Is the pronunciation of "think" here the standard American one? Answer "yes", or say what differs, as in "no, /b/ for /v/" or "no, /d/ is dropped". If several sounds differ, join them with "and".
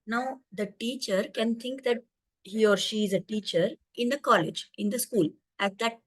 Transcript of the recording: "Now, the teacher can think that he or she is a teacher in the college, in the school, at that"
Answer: no, /t/ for /θ/